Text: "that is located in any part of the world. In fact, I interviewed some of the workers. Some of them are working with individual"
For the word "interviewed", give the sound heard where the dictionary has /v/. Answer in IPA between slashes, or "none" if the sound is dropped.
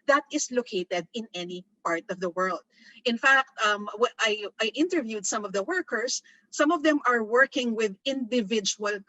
/v/